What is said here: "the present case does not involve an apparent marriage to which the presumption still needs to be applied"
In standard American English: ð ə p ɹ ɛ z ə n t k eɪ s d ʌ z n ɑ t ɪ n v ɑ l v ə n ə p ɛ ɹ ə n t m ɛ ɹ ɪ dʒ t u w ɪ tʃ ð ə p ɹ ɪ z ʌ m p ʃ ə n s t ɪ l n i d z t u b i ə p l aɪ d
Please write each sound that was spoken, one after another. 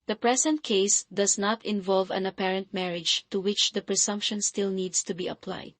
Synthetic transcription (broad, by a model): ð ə p ɹ ɛ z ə n t k eɪ s d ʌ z n ɑ t ɪ n v ɑ l v ə n ə p ɛ ɹ ə n t m ɛ ɹ ɪ dʒ t u w ɪ tʃ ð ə p ɹ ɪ s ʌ m p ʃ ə n s t ɪ l n i d s t u b i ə p l aɪ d